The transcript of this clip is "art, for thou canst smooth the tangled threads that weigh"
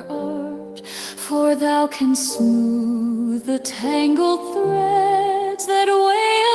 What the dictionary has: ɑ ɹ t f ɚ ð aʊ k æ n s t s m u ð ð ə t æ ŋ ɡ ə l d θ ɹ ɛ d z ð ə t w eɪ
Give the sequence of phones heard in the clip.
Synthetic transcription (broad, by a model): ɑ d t f ɚ ð aʊ k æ n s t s m u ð ð ə t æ ŋ ɡ l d θ ɹ ɛ d z ð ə t w eɪ